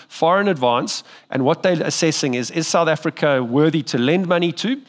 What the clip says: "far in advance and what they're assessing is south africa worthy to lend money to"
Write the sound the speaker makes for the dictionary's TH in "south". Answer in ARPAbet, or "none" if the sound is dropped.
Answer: TH